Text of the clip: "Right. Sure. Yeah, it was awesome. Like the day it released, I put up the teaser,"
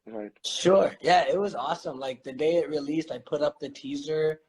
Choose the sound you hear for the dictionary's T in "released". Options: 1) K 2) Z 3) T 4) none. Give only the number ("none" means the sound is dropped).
3